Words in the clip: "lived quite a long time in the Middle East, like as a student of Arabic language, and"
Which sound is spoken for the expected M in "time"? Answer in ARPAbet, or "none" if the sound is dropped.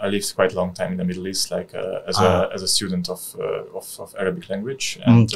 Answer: M